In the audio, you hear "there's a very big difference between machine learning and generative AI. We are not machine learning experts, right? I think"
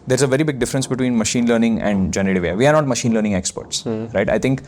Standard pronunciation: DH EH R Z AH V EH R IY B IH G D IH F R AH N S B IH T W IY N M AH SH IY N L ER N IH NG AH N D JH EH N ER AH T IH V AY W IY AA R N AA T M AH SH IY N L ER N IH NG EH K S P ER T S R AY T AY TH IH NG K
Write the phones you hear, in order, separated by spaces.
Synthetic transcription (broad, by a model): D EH R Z AH V EH R IY B IH G D IH F R AH N S B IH T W IY N M AH SH IY N L ER N IH NG AH N D JH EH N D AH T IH V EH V IY AA R N AA T M AH SH IY N L ER N IH NG EH K S P ER T S R AY T AY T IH NG K